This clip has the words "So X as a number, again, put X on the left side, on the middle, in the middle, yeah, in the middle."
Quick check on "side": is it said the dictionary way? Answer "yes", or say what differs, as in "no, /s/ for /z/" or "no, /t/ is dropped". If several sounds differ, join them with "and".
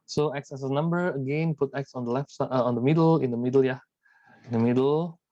no, /d/ is dropped